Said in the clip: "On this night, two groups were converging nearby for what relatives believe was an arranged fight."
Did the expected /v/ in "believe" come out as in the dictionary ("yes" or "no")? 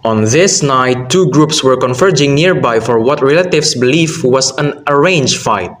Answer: no